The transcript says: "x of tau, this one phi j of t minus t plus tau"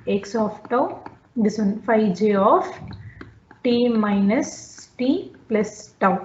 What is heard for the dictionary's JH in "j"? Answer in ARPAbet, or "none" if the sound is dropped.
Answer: JH